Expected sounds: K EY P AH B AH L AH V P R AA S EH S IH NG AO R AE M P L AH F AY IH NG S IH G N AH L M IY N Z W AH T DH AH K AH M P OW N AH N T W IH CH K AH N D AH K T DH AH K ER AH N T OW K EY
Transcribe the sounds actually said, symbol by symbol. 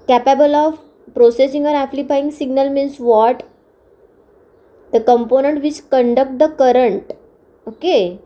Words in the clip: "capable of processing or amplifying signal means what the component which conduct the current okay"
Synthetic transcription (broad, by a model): K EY P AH B AH L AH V P R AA S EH S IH NG AO R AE P L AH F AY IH NG S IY G N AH L M IY N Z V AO T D AH K AH M P OW N AH N T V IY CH K AH N D AH K T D AH K ER AH N T OW K EY